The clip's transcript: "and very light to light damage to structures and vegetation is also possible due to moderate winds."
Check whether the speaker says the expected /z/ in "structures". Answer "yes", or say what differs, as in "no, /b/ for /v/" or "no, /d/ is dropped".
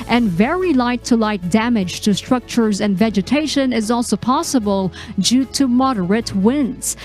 yes